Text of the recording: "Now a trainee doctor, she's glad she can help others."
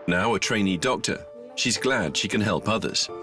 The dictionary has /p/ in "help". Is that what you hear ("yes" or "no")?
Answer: yes